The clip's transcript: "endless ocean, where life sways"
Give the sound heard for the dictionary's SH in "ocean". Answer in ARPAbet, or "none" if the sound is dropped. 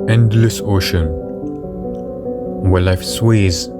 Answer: SH